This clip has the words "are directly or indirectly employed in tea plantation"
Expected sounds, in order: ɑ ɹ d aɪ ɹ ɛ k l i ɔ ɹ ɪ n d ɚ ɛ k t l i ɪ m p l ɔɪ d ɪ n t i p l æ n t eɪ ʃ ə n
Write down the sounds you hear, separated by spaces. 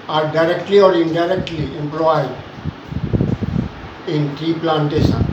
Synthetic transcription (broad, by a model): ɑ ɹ d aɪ ɹ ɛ k l i ɔ ɹ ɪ n d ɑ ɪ k t l i ɪ m p l ɔɪ d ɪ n t i p l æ n t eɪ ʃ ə n